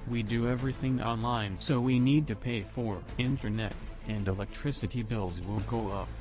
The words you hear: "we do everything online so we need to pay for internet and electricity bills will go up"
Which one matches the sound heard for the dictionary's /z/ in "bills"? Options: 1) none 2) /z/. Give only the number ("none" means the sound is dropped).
2